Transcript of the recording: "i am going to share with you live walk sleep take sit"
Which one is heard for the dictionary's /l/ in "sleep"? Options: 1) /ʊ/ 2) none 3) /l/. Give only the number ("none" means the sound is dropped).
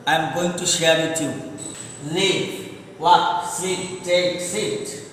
2